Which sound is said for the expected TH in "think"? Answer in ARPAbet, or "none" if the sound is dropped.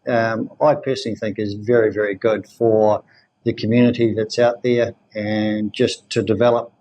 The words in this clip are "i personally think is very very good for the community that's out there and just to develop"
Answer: TH